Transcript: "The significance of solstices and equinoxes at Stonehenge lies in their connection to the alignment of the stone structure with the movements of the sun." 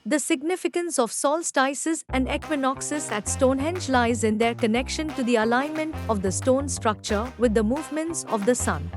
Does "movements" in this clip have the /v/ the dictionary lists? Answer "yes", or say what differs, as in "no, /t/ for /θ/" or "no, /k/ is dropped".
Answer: yes